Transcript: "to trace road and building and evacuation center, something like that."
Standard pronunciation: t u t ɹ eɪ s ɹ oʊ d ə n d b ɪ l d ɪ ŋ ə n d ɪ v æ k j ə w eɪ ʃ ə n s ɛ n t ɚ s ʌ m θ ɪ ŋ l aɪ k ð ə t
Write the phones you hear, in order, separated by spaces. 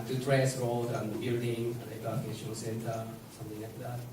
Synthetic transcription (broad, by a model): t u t ɹ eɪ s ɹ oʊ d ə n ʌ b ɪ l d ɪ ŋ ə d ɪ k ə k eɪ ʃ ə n s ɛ n t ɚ s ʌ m t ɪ ŋ l aɪ k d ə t